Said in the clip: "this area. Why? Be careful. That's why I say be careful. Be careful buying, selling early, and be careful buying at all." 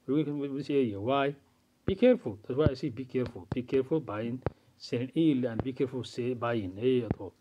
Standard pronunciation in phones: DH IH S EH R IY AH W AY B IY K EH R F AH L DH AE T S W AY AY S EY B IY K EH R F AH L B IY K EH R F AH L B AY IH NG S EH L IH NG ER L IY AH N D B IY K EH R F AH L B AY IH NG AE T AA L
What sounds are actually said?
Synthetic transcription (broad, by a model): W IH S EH IY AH W AY B IY K EH R F AH L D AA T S W AY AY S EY B IY K EH R F AH L B IY K EH R F AH L B AY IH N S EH N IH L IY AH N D B IY K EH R F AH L B AY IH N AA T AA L